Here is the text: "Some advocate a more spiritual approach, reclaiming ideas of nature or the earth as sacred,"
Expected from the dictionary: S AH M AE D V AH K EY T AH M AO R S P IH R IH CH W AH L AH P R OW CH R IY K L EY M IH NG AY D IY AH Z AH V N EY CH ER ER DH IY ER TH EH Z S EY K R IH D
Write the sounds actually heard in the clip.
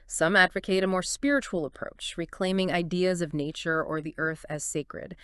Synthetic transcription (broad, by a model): S AH M AE D V AH K EY T AH M AO R S P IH R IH CH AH L AH P R OW CH R IY K L EY M IH NG AY D IY AH Z AH V N EY CH ER ER DH IY ER TH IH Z S EY K R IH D